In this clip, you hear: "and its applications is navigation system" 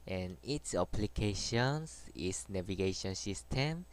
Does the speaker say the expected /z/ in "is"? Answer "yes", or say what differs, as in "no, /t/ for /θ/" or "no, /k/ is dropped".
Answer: no, /s/ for /z/